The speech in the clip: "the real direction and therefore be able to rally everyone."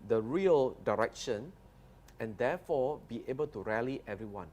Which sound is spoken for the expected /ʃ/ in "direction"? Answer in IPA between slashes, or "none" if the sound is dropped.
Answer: /ʃ/